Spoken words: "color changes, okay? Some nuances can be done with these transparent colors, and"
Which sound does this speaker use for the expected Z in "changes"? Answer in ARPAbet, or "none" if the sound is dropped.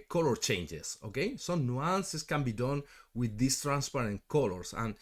S